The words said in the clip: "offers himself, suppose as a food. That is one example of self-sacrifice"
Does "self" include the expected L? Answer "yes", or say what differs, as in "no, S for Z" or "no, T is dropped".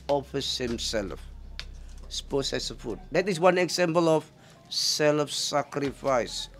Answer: yes